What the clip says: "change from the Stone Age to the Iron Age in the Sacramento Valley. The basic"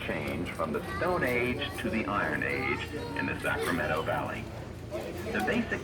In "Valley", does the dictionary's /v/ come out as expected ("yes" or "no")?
yes